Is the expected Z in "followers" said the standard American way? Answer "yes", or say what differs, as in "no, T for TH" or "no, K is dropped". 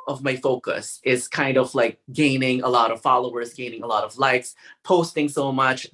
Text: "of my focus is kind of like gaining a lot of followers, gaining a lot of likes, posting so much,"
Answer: yes